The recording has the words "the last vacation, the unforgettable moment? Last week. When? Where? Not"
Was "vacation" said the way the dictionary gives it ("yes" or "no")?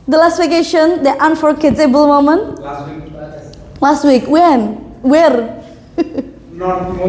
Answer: no